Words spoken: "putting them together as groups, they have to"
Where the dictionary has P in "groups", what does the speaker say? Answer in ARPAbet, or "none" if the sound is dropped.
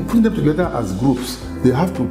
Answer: P